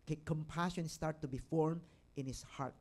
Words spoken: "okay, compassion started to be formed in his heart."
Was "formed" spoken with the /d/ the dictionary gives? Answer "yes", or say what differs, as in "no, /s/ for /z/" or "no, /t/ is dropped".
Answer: no, /d/ is dropped